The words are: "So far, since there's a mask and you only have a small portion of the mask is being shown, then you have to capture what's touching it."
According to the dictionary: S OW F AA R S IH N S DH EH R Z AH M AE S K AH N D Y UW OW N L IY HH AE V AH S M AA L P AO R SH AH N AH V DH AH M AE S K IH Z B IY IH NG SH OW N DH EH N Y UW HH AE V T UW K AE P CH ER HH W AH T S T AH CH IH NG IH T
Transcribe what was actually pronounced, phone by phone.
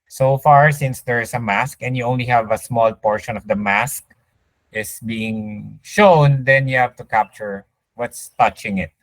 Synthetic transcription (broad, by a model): S OW F AA R S IH N S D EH R S AH M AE S K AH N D Y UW OW N L IY HH AE V AH S M AA L P AO R SH AH N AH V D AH M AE S K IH S B IY IH NG SH OW N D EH N Y UW HH AE V T UW K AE P CH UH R W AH T S T AH CH IH NG IH T